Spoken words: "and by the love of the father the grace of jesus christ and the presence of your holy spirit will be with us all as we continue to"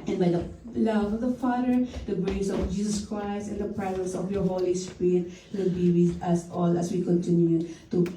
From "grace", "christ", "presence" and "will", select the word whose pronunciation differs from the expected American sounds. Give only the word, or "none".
none